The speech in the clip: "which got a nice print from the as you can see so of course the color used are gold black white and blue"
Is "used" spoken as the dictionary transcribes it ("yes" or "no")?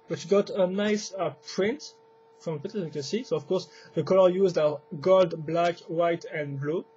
yes